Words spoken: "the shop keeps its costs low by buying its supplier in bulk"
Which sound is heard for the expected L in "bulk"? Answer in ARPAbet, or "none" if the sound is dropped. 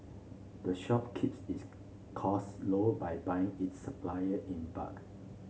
none